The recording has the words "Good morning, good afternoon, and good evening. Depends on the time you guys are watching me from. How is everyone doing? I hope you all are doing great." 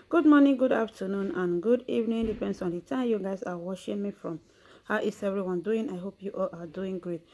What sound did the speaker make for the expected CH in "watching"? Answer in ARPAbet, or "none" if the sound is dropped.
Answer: SH